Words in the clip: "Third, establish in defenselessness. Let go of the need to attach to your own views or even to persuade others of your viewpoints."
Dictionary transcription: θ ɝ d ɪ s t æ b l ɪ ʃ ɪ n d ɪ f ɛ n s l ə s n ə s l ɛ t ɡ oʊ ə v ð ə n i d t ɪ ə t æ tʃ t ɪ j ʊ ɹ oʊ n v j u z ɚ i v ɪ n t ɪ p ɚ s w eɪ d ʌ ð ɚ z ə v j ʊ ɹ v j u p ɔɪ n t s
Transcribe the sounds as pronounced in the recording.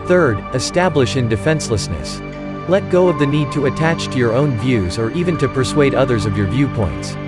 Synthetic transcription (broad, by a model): θ ɝ d ɪ s t æ b l ɪ ʃ ɪ n d ɪ f ɛ n s l ə s n ə s l ɛ t ɡ oʊ ə v ð ə n i d t ɪ ə t æ tʃ t ɪ j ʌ ɹ oʊ n v j u z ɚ i v ɪ n t ɪ p ɚ s w eɪ d ʌ ð ɚ z ə v j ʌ ɹ v j u p ɔɪ n t s